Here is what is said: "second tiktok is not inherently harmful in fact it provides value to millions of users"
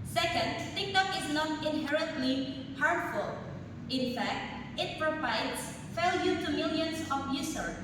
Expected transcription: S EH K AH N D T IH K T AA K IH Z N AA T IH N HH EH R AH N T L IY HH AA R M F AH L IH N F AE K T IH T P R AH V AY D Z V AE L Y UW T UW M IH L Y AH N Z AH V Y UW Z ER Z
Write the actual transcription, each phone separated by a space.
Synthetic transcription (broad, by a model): S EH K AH N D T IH K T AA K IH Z N AA T IH N HH EH R AH N T L IY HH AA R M F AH L IH N F AE K T IH T P R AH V AY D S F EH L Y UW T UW M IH L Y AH N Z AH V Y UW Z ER